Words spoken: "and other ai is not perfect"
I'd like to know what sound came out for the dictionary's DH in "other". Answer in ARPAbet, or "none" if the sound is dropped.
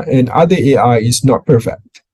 none